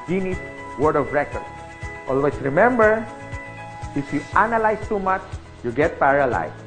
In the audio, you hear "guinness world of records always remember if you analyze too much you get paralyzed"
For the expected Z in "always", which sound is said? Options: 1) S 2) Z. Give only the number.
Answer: 1